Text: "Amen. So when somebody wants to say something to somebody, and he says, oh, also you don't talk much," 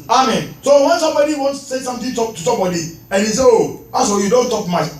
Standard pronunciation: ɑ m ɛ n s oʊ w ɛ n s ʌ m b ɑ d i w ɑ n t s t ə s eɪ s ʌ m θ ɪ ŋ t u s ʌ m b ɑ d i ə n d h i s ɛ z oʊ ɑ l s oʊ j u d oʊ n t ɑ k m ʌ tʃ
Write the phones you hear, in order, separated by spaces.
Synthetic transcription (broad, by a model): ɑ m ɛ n s oʊ w ɛ n s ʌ m b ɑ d i w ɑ n s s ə s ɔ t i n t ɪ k t u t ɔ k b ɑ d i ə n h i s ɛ oʊ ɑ s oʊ j u d oʊ n t ɑ k m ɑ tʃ